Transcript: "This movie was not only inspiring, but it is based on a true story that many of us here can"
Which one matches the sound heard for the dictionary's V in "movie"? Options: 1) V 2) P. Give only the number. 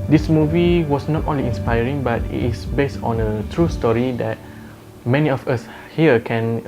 1